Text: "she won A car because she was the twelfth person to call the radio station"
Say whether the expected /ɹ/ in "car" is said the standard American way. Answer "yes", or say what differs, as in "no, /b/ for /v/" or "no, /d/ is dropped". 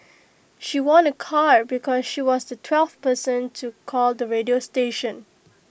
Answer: yes